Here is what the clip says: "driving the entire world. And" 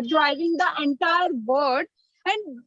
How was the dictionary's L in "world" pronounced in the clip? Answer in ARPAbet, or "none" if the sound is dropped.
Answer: none